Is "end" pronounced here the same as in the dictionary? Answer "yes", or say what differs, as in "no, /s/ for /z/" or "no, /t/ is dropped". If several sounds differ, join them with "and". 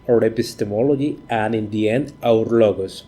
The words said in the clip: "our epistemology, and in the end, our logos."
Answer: no, /d/ is dropped